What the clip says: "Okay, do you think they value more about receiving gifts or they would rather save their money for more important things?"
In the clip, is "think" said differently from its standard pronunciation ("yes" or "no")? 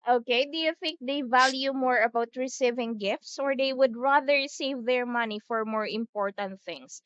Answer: no